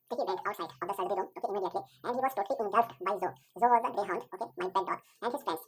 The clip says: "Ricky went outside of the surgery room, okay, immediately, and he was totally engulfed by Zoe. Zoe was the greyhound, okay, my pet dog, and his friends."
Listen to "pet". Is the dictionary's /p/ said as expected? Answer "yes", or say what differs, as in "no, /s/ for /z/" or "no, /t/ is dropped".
no, /b/ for /p/